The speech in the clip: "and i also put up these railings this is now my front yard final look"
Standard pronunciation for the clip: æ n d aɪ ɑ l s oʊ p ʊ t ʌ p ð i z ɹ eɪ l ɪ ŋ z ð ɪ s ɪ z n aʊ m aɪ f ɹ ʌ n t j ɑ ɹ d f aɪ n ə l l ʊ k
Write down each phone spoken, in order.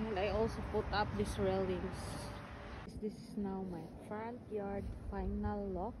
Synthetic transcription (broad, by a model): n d aɪ ɑ l s oʊ p ʊ t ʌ p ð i s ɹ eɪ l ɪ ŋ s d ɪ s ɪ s n aʊ m aɪ f ɹ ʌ n t j ɑ ɹ d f aɪ n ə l l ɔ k